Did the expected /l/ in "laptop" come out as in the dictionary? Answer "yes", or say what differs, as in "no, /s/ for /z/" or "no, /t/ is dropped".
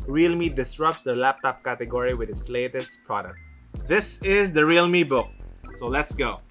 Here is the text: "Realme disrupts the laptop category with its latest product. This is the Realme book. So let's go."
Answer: yes